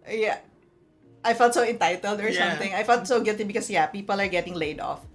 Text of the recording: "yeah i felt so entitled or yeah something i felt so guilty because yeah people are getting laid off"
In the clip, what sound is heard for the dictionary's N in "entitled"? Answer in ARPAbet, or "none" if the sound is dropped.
N